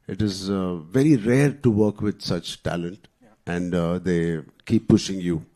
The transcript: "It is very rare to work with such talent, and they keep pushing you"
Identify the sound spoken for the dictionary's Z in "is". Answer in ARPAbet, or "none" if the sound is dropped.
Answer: Z